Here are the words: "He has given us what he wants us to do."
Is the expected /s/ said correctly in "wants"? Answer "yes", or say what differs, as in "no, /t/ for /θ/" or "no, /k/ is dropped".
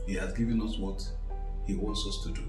yes